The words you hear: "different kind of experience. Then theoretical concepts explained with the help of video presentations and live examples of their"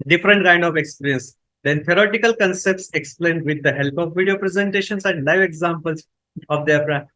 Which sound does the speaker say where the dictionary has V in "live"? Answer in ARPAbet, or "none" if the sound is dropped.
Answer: V